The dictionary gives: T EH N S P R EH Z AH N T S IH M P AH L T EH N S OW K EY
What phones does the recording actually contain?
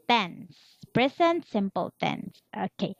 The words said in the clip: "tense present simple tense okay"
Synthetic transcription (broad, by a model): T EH N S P R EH S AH N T S IH M P AH L T EH N S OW K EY